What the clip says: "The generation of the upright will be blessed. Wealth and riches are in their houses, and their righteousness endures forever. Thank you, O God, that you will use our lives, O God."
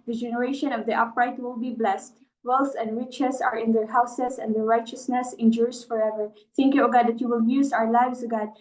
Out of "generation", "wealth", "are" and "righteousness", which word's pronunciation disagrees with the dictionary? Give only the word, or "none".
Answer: wealth